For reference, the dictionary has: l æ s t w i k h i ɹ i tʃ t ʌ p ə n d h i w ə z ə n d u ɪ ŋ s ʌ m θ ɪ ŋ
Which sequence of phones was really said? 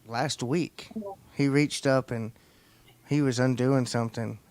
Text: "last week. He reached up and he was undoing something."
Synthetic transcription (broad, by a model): l æ s t w i k h i ɹ i tʃ t ʌ p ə n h i w ə z ə n d u ɪ ŋ s ʌ m θ ɪ ŋ